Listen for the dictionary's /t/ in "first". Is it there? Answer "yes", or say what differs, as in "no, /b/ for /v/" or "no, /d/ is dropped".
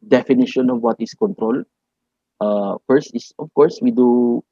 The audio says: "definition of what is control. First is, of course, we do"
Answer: yes